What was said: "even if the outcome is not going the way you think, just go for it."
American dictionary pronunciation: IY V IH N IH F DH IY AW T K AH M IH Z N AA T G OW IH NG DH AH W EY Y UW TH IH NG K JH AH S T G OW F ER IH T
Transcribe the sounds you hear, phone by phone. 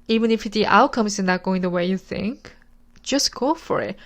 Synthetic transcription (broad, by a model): IY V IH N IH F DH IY AW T K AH M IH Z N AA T G OW IH NG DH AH W EY Y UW TH IH NG K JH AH S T G OW F ER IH T